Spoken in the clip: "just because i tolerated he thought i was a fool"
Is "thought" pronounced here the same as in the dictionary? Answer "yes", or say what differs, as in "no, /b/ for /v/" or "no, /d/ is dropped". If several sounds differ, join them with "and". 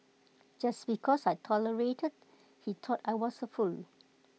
no, /t/ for /θ/